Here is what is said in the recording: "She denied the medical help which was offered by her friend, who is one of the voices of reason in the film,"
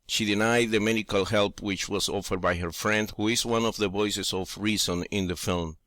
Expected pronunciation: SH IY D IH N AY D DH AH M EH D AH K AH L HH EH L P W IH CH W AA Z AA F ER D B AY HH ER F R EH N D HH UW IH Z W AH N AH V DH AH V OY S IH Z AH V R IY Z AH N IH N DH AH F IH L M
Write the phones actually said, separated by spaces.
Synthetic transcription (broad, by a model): SH IY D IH N AY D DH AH M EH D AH K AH L HH EH L P W IH CH W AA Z AA F ER D B AY HH ER F R EH N D HH UW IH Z W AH N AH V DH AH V OY S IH S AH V R IY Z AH N IH N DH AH F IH L M